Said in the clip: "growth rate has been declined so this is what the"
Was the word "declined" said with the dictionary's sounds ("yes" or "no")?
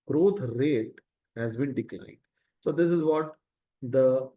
no